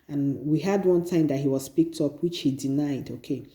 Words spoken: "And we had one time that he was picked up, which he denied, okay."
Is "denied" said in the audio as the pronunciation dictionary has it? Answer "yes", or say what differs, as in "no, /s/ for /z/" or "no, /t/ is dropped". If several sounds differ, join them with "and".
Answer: yes